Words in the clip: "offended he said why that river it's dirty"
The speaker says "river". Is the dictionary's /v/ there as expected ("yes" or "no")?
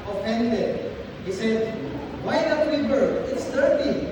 no